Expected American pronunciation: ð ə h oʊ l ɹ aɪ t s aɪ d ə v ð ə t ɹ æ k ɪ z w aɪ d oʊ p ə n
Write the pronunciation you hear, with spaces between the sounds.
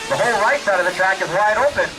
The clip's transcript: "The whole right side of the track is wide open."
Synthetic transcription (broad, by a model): ð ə h oʊ l ɹ aɪ t s aɪ d ə v ð ə t ɹ æ k ɪ z w aɪ d oʊ p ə n